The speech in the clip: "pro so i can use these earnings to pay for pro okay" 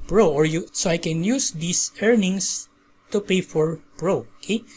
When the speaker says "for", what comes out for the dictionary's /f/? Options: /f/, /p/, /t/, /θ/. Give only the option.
/f/